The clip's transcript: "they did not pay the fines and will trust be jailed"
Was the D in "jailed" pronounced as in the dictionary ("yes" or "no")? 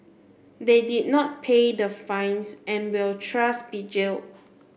no